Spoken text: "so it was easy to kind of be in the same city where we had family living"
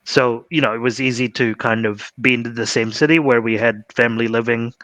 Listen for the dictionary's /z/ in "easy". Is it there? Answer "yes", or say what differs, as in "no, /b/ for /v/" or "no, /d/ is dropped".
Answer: yes